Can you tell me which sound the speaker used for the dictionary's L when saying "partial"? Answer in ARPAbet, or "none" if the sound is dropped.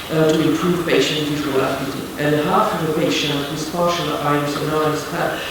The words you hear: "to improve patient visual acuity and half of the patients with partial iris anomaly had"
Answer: N